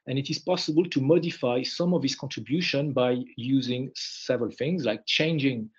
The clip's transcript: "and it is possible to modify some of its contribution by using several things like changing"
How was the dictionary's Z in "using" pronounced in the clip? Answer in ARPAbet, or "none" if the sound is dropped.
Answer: Z